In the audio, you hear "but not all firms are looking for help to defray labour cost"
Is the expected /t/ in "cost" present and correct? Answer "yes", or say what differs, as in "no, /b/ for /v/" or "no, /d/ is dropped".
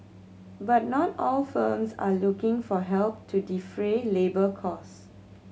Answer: no, /t/ is dropped